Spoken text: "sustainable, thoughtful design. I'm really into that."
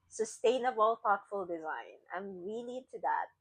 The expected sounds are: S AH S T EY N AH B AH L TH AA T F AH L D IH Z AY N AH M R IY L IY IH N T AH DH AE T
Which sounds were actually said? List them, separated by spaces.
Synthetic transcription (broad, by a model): S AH S T EY N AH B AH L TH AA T F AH L D IH Z AY N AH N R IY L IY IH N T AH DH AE T